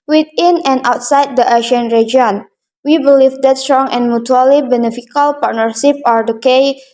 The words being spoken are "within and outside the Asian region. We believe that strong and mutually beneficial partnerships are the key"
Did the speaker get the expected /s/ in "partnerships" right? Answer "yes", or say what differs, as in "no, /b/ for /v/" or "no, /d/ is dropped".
no, /s/ is dropped